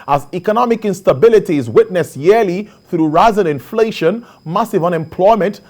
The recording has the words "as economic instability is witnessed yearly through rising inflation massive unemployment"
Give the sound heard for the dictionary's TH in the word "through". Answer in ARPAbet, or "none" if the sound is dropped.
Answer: TH